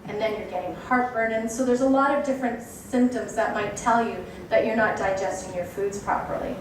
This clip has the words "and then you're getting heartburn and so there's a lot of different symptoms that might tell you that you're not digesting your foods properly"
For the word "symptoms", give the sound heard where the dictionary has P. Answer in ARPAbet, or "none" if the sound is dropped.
P